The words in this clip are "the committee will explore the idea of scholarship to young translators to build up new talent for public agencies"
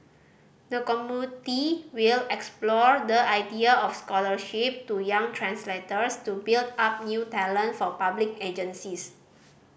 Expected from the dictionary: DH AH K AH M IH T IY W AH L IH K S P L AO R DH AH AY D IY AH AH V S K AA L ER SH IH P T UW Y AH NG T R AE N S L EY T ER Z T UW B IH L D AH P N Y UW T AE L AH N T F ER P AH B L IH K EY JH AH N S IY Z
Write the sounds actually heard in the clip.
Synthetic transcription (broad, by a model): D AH K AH M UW T IY W AH L IH K S P L AO R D AH AY D IY AH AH F S K AA L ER SH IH P T UW Y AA NG T R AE N S L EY T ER S T UW B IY L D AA P N Y UW T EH L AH N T F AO P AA B L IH K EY JH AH N S IY S